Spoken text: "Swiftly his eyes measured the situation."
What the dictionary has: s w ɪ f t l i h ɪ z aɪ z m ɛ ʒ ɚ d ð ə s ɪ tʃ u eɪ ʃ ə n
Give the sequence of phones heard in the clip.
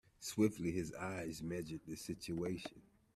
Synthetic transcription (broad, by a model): s w ɪ f t l i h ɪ z aɪ z m ɛ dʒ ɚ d ð ə s ɪ tʃ u eɪ ʃ ə n